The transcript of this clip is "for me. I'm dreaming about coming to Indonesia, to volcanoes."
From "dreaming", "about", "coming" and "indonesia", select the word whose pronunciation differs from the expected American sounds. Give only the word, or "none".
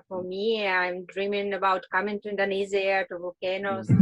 indonesia